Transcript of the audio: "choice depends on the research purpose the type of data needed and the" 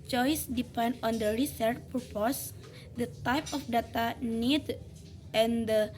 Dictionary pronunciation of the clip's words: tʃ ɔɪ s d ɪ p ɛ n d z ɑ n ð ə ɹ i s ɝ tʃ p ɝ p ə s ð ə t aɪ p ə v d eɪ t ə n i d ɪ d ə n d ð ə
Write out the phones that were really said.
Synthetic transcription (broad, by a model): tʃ ɔɪ s d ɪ p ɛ n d ɑ n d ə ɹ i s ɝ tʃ p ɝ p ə s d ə t aɪ p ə f d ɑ t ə n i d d ə n d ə